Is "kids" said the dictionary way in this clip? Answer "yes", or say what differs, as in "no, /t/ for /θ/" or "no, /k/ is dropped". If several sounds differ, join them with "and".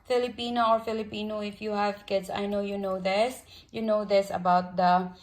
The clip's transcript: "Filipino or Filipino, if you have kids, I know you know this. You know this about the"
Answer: no, /s/ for /z/